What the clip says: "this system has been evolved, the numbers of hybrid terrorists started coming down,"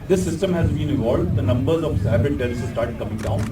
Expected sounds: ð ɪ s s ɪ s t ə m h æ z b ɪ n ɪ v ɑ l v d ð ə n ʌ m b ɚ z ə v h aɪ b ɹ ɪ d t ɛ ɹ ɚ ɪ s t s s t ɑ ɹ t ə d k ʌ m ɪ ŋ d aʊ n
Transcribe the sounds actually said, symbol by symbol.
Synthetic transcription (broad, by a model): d ɪ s s ɪ s t ə m h æ z b ɪ n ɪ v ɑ l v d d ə n ʌ m b ɚ z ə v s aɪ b ɪ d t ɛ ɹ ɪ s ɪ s s t ɑ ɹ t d k ʌ m ɪ ŋ d aʊ n